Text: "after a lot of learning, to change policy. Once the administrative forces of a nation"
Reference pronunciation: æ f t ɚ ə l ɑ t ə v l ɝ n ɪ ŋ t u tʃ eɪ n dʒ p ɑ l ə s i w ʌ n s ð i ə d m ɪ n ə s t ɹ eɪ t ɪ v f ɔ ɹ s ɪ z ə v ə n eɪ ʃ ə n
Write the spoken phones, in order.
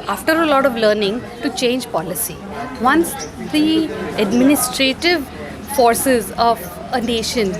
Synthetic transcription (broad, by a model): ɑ f t ɚ ə l ɑ t ə v l ɝ n ɪ ŋ t u tʃ eɪ n dʒ p ɑ l ə s i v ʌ n s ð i ə d m ɪ n ə s t ɹ eɪ t ɪ v f ɔ ɹ s ɪ z ə v ə n eɪ ʃ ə n